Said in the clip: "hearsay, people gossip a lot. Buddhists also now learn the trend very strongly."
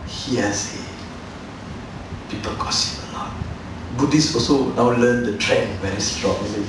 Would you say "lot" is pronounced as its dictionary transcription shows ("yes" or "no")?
no